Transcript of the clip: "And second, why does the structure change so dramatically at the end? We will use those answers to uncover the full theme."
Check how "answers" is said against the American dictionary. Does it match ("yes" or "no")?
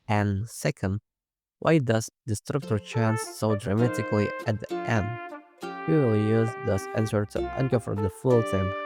no